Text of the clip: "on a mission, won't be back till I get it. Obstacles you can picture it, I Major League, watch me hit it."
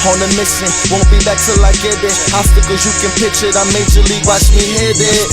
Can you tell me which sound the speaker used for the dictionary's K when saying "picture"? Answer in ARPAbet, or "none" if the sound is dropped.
none